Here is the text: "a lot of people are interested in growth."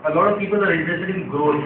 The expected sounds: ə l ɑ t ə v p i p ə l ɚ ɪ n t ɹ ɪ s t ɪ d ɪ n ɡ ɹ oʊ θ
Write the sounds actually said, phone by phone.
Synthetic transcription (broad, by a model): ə l ɑ t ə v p i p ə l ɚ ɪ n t ɪ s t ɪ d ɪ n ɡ ɹ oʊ